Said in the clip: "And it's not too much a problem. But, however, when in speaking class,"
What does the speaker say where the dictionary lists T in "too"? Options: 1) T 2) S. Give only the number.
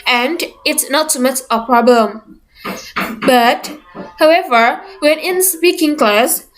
2